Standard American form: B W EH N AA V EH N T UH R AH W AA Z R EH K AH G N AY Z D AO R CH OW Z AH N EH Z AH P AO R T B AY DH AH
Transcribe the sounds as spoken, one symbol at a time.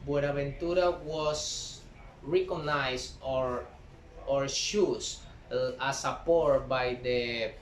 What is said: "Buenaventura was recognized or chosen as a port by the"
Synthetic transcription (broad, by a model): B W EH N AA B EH N T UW R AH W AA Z R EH K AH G N AY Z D AO R SH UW S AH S AH P AO R T B AY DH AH